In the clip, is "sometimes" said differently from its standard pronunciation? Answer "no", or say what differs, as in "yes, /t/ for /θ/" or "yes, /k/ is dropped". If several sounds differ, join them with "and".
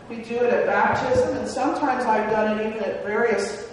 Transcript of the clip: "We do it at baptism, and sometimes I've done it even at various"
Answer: no